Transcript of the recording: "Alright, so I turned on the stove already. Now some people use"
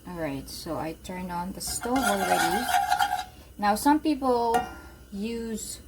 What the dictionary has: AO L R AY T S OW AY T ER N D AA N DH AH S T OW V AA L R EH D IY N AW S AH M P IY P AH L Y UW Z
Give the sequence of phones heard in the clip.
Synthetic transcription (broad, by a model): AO L R AY T S OW AY T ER N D AA N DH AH S T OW AA L R EH D IY N AW S AH M P IY P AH L Y UW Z